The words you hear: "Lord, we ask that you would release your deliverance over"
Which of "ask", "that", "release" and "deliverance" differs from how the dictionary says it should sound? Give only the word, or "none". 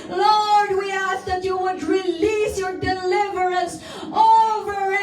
none